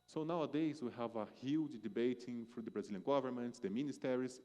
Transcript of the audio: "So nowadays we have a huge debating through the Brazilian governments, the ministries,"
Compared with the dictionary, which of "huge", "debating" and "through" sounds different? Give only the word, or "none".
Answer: through